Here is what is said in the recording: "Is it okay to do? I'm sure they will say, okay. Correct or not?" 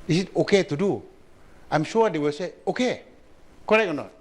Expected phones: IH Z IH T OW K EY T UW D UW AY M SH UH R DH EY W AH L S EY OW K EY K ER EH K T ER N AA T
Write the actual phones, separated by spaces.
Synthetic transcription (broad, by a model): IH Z IH T OW K EY T UW D UW AY M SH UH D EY W AH L S EY OW K EY K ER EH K ER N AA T